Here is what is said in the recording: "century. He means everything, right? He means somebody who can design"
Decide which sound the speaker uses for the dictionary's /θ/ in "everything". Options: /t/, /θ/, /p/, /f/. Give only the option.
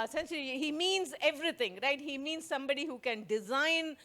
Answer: /t/